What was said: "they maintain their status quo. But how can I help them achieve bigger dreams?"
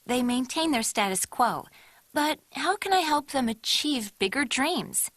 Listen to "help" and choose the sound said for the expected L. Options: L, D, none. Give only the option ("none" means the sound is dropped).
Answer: L